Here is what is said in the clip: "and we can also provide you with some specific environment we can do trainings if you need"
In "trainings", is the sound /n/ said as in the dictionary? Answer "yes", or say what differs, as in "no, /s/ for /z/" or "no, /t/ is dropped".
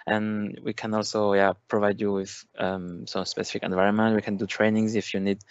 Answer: yes